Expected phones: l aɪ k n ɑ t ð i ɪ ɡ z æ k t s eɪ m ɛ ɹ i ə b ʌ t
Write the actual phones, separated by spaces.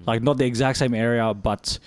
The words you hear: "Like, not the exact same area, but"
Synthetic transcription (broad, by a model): l aɪ k n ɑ t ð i ɪ ɡ z æ k t s eɪ m ɛ ɹ i ə b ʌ t